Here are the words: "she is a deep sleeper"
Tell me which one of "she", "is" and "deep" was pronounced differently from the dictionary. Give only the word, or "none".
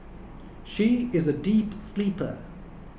none